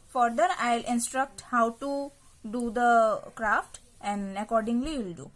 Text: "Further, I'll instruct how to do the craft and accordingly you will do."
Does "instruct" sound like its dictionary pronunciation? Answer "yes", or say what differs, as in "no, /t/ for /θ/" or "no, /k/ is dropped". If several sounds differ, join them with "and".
yes